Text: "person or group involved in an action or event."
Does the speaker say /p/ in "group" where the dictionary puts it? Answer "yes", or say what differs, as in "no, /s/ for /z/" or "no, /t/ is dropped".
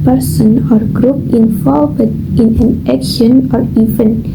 yes